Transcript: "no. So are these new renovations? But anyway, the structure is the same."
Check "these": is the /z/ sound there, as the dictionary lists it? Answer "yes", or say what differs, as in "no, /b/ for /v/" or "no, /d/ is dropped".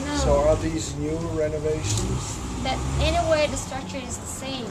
yes